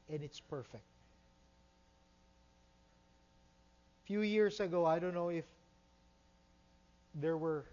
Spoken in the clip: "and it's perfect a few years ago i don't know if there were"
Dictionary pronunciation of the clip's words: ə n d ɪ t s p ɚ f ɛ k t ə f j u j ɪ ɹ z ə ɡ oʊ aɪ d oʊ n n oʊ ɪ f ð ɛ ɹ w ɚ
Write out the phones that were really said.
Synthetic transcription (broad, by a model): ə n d ɪ t s p ɚ f ɛ k t f j u j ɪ ɹ s ə ɡ oʊ aɪ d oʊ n n oʊ ɪ f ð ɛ ɹ w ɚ